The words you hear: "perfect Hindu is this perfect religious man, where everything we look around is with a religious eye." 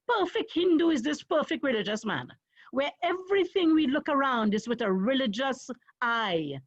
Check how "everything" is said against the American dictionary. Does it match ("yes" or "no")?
yes